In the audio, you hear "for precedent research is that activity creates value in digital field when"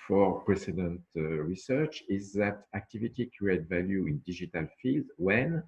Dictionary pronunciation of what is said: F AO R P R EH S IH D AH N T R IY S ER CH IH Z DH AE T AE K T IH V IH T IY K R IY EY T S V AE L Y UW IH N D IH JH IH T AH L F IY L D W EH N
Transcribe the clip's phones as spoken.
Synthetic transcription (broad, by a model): F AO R P R EH S IH D AH N T R IY S ER CH IH Z DH AE T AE K T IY V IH T IY K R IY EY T V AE L Y UW IH N D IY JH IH T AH L F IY L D W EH N